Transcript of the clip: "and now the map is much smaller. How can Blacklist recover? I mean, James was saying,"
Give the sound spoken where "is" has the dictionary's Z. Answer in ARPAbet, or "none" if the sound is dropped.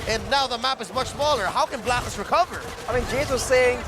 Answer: Z